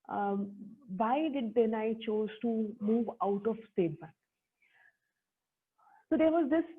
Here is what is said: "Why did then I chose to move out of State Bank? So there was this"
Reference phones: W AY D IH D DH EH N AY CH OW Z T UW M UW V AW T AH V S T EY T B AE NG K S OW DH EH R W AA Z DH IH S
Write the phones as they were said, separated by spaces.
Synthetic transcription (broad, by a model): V AY D IH D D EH N AY CH OW Z T UW M UW V AW T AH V S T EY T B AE K S OW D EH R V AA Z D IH S